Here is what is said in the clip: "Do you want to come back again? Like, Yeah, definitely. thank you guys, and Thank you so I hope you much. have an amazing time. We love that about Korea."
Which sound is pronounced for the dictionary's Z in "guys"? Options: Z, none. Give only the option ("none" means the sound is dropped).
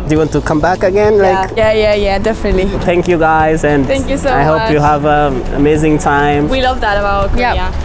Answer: Z